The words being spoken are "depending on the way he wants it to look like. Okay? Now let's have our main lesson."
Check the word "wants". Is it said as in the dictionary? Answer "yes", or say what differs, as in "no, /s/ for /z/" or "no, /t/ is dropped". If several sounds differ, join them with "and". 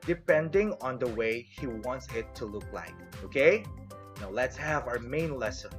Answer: yes